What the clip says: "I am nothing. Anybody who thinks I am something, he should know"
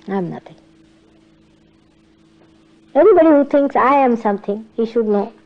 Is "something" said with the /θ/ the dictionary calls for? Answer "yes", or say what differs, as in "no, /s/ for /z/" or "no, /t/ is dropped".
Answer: no, /t/ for /θ/